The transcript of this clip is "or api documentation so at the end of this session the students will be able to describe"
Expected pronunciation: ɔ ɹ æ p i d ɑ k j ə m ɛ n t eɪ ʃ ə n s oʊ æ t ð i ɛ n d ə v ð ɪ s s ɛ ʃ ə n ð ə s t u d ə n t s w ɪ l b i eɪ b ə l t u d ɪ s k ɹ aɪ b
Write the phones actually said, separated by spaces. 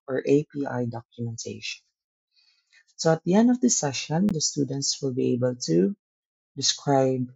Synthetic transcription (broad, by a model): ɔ ɹ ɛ p i d ɑ k j ə m ɛ n t eɪ ʃ ə n s oʊ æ t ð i ɛ n d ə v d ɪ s s ɛ ʃ ə n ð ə s t u d ə n t s w ɪ l b i eɪ b ə l t u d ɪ s k ɹ aɪ b